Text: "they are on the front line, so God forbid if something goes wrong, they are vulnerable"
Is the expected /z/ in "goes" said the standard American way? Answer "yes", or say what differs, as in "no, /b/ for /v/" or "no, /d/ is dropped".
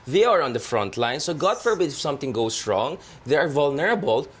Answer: no, /s/ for /z/